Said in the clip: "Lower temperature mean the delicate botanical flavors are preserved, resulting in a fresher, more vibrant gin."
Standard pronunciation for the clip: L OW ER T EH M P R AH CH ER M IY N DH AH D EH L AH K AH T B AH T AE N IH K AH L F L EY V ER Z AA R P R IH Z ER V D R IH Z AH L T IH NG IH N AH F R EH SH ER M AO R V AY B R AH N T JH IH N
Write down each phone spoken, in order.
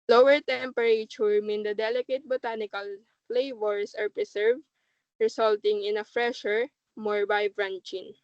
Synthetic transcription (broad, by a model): L OW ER T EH M P R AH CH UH M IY N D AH D EH L AH K AH T B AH T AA N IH K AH L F L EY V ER S AA R P R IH S ER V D R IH S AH L T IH NG IH N AH F R EH SH ER M AO R B AY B R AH N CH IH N